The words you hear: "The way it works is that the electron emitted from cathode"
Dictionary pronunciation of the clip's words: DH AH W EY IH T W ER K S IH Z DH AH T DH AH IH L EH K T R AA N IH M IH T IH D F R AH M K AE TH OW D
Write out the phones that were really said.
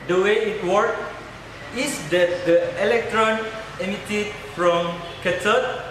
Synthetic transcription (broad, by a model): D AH W EY IH T W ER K IH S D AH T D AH IH L EH K T R AA N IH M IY T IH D F R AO M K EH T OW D